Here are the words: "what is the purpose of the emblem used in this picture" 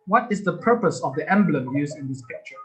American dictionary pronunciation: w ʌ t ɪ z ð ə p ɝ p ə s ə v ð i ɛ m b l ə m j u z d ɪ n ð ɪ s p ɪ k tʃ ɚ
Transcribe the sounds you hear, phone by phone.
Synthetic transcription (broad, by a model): w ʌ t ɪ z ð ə p ɝ p ə s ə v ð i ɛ m b l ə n j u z ɪ n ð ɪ s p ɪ k tʃ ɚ